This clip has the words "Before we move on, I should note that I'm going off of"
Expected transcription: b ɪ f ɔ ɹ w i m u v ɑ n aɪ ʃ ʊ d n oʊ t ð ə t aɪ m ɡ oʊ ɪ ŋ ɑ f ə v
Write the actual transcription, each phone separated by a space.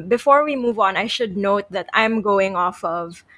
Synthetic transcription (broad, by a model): b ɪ f ɔ ɹ w i m u v ɑ n aɪ ʃ ʊ d n oʊ t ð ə t aɪ m ɡ oʊ ɪ ŋ ɑ f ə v